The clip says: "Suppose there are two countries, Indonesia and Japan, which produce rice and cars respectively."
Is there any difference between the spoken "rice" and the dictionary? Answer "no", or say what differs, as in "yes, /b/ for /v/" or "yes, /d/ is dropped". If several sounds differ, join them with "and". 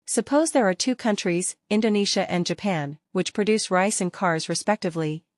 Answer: no